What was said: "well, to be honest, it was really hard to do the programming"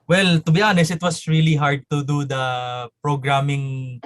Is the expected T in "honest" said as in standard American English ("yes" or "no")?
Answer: no